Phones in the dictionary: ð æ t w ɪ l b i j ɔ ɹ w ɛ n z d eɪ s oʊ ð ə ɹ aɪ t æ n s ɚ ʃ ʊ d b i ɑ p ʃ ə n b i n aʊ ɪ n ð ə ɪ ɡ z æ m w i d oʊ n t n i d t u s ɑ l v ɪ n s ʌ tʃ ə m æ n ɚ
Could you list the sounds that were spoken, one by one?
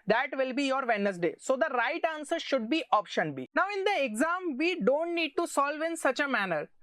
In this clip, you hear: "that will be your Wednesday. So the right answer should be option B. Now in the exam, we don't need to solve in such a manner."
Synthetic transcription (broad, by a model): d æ t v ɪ l b i j ɔ ɹ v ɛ n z d eɪ s oʊ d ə ɹ aɪ t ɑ n s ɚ ʃ ʊ d b i ɑ p ʃ ə n b i n aʊ ɪ n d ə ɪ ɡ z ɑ m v i d oʊ n t n i d t u s ɑ l v ɪ n s ʌ tʃ ə m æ n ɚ